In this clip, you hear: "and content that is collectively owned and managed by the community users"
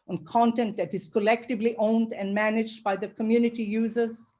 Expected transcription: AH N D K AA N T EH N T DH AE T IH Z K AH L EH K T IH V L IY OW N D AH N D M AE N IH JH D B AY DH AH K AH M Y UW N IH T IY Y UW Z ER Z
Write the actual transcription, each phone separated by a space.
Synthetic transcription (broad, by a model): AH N K AA N T EH N T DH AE T IH Z K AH L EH K T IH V L IY OW N D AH N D M AE N IH JH D B AY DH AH K AH M Y UW N IH T IY Y UW Z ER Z